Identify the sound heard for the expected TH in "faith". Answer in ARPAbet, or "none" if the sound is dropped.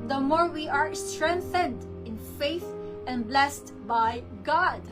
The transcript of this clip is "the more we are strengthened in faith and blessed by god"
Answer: TH